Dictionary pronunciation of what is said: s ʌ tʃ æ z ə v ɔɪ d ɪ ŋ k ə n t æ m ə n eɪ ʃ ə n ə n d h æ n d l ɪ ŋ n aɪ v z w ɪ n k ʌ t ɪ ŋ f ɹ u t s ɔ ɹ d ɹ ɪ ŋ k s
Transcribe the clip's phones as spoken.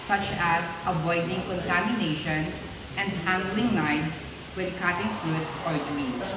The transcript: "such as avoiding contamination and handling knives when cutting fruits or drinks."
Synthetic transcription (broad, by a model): s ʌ tʃ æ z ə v ɔɪ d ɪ ŋ k ə n t æ m ə n eɪ ʃ ə n ə n d h æ n d l ɪ ŋ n aɪ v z w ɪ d k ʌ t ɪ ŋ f u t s ɔ ɹ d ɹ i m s